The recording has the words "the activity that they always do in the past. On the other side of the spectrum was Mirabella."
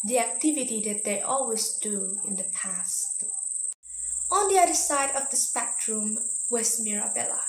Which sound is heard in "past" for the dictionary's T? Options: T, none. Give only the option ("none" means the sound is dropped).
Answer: T